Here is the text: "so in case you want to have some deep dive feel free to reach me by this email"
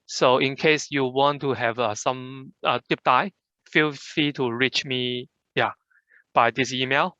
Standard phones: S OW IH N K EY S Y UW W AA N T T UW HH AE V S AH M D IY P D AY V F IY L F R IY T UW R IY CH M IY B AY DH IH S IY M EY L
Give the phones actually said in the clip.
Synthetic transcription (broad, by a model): S OW IH N K EY S Y UW W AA N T T UW HH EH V S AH M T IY P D AY F IY L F IY T UW R IY CH M IY B AY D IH S IY M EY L